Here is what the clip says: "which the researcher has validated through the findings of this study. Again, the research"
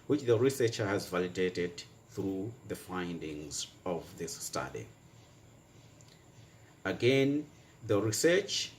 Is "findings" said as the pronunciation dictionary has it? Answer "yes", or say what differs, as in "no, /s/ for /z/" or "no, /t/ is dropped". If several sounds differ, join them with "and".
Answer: yes